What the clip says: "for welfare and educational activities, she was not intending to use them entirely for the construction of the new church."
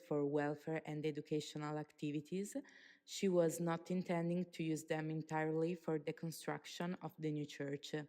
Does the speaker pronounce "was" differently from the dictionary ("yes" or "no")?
no